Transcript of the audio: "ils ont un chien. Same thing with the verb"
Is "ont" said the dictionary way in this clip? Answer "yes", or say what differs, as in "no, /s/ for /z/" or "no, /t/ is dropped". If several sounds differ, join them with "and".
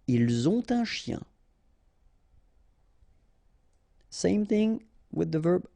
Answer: no, /n/ is dropped